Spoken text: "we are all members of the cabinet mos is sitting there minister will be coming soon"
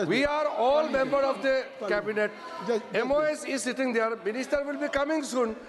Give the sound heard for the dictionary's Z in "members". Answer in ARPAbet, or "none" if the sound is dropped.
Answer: none